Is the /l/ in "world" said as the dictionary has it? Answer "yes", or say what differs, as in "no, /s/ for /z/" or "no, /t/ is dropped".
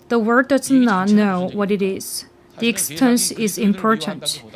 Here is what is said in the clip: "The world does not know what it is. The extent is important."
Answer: no, /l/ is dropped